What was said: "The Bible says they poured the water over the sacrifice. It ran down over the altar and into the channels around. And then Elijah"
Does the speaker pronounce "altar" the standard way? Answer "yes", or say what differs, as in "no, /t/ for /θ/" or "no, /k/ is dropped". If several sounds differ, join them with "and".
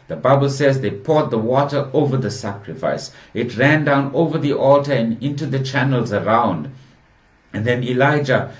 yes